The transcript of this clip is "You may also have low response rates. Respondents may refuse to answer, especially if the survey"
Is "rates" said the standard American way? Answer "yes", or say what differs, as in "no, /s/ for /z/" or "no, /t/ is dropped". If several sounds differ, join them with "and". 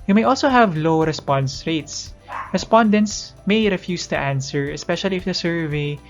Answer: yes